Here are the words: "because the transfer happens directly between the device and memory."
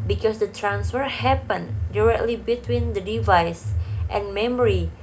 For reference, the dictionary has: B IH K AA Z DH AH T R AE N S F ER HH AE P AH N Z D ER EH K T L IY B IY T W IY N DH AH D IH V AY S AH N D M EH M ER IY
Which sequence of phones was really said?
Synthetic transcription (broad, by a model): B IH K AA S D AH T R AE N S F ER HH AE P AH N D ER EH K T L IY B IY T W IY N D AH D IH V AY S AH N M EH M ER IY